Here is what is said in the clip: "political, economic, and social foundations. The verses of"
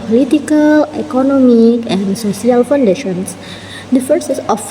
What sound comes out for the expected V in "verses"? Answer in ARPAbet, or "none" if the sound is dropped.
F